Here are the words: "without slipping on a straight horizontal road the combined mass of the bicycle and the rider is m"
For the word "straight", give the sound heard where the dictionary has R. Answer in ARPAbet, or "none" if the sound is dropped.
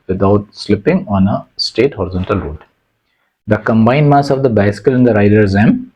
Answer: none